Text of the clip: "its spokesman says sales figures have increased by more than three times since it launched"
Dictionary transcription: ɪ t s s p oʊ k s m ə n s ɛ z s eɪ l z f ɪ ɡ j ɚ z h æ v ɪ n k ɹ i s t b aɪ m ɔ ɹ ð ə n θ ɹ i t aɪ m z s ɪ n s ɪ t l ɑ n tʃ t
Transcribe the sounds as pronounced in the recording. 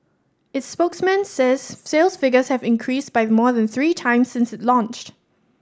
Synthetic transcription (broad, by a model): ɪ t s s p oʊ k s m ə n s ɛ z s eɪ l s f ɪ ɡ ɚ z h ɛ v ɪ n k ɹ i s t b aɪ m ɔ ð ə n θ ɹ i t aɪ m s ɪ n s ɪ t l ɑ n tʃ t